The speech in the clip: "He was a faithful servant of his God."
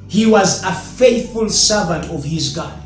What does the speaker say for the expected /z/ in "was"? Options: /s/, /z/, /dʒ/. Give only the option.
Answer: /z/